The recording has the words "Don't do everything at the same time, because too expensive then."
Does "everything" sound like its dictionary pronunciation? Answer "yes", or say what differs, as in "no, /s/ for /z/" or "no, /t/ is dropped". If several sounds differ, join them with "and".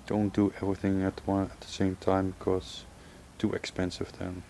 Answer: yes